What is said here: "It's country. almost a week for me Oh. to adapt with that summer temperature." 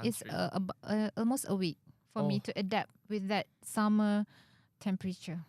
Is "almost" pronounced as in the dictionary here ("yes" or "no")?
yes